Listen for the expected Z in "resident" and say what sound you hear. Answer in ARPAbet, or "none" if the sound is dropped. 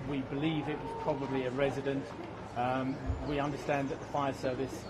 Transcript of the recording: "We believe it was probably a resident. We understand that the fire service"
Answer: Z